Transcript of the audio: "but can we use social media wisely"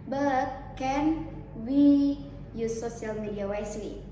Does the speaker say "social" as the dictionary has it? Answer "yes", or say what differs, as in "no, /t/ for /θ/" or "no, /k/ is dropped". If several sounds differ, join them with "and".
no, /ʃ/ is dropped